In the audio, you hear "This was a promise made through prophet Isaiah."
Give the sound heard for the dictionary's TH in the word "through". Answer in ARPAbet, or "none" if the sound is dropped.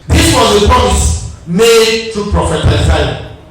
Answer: T